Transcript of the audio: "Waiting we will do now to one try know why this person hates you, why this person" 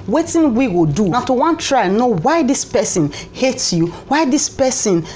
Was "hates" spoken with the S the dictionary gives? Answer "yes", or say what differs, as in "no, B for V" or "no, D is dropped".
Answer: no, S is dropped